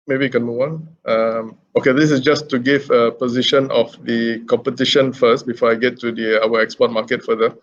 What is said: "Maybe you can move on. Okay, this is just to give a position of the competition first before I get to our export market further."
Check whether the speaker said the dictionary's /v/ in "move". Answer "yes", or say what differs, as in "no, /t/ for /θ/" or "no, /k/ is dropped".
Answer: no, /w/ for /v/